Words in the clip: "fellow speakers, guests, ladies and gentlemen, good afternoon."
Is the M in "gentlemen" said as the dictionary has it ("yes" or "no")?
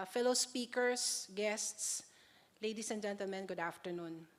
yes